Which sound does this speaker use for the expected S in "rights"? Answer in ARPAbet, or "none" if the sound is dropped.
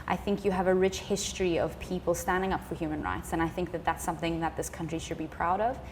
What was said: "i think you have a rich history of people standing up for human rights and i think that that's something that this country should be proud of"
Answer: S